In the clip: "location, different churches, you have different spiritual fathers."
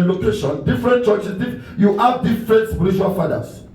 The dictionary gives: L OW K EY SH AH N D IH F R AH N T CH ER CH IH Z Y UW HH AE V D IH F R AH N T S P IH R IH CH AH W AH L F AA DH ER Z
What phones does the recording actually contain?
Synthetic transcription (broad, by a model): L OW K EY SH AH N D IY F R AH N T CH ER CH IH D Y UW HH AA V D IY F R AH N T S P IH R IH SH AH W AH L F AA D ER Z